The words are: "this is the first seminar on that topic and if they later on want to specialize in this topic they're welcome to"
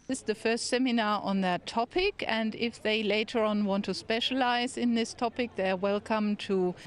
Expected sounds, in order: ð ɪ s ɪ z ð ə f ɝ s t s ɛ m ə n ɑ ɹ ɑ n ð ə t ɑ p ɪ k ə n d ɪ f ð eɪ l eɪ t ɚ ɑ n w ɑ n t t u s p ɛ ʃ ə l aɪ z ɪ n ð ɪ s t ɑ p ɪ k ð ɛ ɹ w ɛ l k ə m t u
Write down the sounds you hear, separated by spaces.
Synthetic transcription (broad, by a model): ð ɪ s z ð ə f ɝ s t s ɛ m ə n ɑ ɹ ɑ n ð ə t ɑ p ɪ k ə n d ɪ f ð eɪ l eɪ t ɚ ɑ n w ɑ n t t u s p ɛ ʃ ə l aɪ z ɪ n ð ɪ s t ɑ p ɪ k ð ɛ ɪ w ɛ l k ə m t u